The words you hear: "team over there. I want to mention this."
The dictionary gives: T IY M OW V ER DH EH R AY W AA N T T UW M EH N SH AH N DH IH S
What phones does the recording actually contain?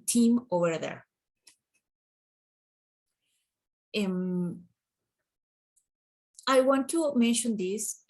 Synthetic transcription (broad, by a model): T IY M OW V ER DH EH R AY W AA N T T UW M EH N SH AH N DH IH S